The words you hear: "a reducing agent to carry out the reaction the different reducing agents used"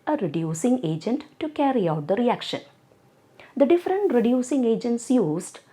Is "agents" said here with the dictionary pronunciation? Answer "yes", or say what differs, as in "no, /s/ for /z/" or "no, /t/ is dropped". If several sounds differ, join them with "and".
yes